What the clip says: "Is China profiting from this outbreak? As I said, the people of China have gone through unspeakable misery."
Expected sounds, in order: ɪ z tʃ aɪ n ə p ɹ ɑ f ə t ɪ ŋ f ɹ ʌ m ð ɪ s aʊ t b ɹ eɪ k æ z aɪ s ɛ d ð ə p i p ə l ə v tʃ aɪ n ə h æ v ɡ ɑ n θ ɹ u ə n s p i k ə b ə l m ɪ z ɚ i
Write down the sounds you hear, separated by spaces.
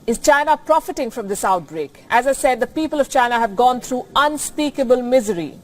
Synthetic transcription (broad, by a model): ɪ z tʃ aɪ n ə p ɹ ɑ f ə t ɪ ŋ f ɹ ʌ m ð ɪ s aʊ t b ɹ eɪ k æ z aɪ s ɛ d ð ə p i p ə l ə v tʃ aɪ n ə h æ v ɡ ɑ n t ɹ u ə n s p i k ə b ə l m ɪ z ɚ i